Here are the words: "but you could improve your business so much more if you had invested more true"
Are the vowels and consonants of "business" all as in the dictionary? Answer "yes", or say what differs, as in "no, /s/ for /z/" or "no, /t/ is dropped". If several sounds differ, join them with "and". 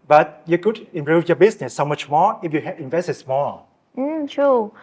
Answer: no, /s/ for /z/